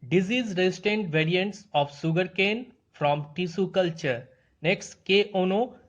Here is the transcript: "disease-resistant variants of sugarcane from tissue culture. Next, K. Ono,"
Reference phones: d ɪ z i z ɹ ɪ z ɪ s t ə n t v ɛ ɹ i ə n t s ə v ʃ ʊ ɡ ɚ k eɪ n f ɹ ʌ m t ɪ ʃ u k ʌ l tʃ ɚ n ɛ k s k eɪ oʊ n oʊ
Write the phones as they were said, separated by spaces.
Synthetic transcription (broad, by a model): d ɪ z i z ɹ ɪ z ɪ s t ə n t v ɛ ɹ i ə n t s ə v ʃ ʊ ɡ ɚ k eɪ n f ɹ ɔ m t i s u k ʌ l tʃ ɚ n ɛ k s k eɪ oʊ n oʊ